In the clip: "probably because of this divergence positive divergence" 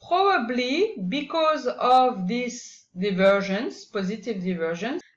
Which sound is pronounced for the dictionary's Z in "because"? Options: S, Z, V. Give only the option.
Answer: Z